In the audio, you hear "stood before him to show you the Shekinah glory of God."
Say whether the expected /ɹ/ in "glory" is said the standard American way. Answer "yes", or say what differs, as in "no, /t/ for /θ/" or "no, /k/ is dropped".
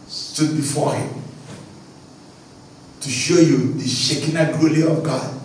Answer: no, /l/ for /ɹ/